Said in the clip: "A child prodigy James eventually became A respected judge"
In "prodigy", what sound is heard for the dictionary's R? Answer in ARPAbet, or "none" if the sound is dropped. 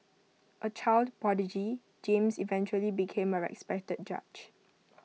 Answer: none